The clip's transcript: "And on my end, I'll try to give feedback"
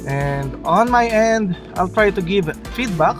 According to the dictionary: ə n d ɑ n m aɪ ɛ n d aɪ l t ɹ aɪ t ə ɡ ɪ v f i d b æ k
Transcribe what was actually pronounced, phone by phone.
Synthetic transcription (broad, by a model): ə n d ɑ n m aɪ ɛ n d aɪ l t ɹ aɪ t ə ɡ ɪ v f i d b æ k